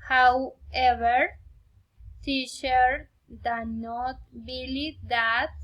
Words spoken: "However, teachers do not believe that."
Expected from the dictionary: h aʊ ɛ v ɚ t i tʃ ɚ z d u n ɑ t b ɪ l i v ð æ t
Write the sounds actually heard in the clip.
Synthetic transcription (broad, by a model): h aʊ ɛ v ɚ s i ʃ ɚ d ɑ n ɑ t b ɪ l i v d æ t